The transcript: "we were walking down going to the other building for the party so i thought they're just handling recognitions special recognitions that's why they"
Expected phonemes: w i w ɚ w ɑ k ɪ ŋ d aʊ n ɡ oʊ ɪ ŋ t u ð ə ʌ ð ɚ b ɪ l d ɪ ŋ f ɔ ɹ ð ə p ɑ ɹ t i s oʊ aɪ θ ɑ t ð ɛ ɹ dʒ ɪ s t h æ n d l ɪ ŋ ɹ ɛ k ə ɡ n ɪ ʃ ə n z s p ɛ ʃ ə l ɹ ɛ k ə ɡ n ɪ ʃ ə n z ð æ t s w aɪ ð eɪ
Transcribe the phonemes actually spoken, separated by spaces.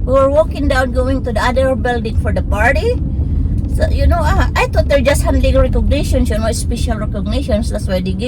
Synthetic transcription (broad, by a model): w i w ɚ w ɑ k ɪ ŋ d aʊ n ɡ oʊ ɪ ŋ t u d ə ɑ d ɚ b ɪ l d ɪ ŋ f ɔ ɹ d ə p ɑ ɹ t i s oʊ aɪ t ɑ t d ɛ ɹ dʒ ɪ s t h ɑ n d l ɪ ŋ ɹ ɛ k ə ɡ n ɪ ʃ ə n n s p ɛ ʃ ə l ɹ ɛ k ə ɡ n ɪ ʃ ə n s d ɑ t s w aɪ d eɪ